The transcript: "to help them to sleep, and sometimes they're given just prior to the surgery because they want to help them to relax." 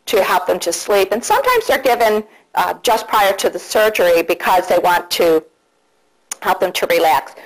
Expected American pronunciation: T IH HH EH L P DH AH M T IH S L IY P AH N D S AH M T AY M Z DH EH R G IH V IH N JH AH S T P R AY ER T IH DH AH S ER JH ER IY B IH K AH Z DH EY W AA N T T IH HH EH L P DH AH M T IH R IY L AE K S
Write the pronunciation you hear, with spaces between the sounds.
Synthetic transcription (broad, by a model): T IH HH EH L P DH AH M T IH S L IY P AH N S AH M T AY M Z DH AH R G IH V IH N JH AH S P R AY ER T IH DH AH S ER JH ER IY B IH K AH Z DH EY W AA N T T IH HH EH L P DH AH M T IH R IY L AE K S